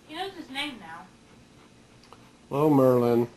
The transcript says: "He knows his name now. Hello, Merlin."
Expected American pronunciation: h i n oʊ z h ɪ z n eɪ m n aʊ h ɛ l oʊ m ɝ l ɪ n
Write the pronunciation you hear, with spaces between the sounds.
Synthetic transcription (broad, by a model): h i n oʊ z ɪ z n eɪ m n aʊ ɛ oʊ m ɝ l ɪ n